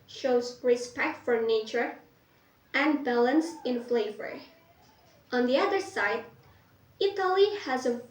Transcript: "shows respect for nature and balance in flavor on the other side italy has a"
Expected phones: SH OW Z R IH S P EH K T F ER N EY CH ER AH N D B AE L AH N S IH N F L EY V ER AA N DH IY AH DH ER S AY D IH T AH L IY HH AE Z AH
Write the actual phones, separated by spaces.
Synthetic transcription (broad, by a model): SH OW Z R IH S P EH K T F ER N EY CH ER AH N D B AE L AH N S IH N F L EY V ER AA N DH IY AH DH ER S AY D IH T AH L IY HH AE Z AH